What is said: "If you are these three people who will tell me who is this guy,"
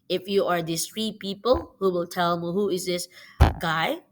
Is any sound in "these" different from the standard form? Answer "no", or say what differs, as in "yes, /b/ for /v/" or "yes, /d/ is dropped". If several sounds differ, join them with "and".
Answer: yes, /s/ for /z/